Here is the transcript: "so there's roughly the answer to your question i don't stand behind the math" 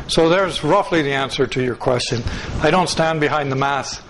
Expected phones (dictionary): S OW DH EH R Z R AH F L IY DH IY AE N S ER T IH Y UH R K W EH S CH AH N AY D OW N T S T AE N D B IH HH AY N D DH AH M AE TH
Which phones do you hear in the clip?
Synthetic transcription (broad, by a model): S OW DH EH R Z R AH F L IY DH IY AE N S ER T IH Y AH R K W EH S CH AH N AY D OW N T S T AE N B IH HH AY N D DH AH M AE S